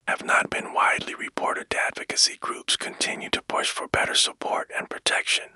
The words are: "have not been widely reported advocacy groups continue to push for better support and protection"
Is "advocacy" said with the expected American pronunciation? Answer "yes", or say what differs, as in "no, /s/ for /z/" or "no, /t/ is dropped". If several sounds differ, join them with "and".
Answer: yes